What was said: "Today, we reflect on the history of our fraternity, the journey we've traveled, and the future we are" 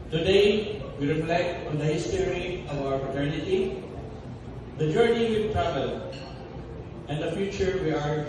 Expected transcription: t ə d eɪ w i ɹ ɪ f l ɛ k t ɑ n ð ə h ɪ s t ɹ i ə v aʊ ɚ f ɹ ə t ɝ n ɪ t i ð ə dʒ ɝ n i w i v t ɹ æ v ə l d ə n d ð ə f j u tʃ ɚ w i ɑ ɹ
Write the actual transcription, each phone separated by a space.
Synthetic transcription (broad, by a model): t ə d eɪ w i ɹ ɪ f l ɛ k t ɑ n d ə h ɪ s t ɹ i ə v aʊ ɚ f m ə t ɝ n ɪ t i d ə dʒ ɝ n i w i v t ɹ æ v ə l ə n d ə f j u tʃ ɚ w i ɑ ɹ